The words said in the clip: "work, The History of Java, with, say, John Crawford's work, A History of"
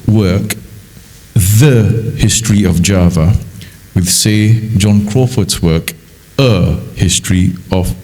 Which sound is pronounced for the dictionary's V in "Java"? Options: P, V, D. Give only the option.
V